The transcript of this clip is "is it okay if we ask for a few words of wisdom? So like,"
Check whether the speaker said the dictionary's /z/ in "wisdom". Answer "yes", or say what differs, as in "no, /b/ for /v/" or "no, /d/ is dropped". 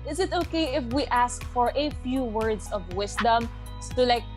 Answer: no, /s/ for /z/